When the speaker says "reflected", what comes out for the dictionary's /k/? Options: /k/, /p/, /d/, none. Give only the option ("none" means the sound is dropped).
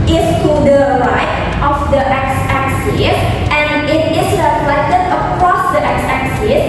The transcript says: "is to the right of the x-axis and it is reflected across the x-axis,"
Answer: none